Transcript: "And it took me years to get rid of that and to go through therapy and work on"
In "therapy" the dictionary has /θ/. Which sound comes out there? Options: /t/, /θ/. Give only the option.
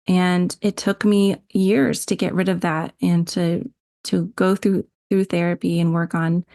/θ/